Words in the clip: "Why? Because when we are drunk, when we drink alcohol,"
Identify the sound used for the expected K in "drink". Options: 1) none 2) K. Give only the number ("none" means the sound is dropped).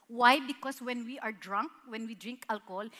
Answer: 2